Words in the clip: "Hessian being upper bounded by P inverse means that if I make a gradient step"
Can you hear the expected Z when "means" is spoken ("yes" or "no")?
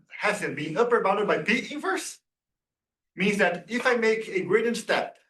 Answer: yes